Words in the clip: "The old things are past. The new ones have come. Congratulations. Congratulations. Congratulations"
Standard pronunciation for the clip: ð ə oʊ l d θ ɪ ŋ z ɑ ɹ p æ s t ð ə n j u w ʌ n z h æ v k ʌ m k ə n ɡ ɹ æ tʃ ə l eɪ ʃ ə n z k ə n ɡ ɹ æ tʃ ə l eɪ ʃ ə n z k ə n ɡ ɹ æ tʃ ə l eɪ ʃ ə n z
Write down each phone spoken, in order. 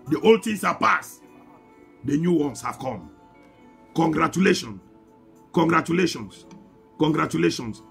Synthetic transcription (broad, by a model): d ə oʊ l d t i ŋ s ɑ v p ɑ s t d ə n j u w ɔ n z h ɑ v k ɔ m k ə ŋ ɡ ɹ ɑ tʃ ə l eɪ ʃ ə n k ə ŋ ɡ ɹ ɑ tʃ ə l eɪ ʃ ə n s k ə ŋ ɡ ɹ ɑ tʃ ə l eɪ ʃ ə n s